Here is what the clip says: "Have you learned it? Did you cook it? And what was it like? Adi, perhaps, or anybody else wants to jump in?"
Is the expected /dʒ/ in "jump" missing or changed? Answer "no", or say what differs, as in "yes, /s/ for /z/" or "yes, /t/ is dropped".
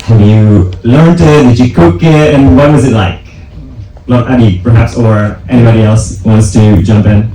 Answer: no